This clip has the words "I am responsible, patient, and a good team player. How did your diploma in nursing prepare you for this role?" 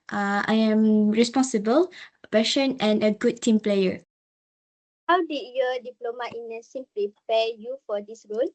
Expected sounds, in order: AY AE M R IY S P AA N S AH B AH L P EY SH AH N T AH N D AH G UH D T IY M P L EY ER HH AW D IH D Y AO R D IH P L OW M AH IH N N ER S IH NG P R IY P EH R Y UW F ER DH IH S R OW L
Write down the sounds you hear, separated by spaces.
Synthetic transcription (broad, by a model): AY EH M R IY S P AA N S AH B AH L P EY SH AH N AH N AH G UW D T IY M P L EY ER HH AW D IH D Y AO D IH P L OW M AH IH N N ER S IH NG P R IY P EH Y UW F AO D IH S R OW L